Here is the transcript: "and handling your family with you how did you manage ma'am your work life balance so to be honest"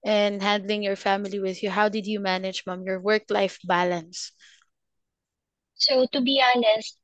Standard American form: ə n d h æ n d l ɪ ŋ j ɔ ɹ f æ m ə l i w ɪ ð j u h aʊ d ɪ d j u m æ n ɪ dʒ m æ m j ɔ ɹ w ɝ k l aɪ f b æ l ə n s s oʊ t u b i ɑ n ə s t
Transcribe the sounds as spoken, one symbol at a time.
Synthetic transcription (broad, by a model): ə n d h æ n d l ɪ ŋ j ɔ ɹ f æ m ə l i w ɪ ð j u h aʊ d ɪ d j u m æ n ɪ dʒ m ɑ m j ɔ ɹ w ɝ k l aɪ f b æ l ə n s s oʊ t u b i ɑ n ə s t